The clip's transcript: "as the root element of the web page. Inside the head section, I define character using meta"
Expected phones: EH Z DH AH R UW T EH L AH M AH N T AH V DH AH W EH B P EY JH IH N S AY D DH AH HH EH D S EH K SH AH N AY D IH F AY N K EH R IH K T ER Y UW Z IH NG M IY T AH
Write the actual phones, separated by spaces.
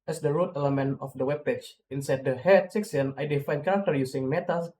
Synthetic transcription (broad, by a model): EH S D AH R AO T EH L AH M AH N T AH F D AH W EH B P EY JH IH N S AY D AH HH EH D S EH K S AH N AY D IH F AY N K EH R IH K T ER Y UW S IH NG M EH T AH